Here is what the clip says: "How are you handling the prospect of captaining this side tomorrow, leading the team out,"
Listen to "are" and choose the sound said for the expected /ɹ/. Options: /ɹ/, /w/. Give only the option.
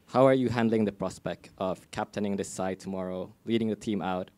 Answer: /ɹ/